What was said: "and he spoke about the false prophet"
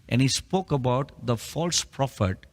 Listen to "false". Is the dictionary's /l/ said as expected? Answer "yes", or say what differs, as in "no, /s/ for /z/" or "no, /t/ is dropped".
yes